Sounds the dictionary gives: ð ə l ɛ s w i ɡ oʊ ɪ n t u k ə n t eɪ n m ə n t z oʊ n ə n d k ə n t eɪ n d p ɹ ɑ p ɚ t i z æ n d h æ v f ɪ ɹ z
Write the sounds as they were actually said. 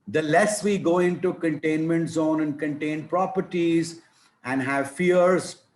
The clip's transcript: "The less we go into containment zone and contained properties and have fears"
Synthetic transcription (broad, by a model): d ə l ɛ s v i ɡ oʊ ɪ n t u k ə n t eɪ n m ə n t z oʊ n ə n d k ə n t eɪ n p ɹ ɑ p ɚ t i z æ n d h æ v f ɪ ɹ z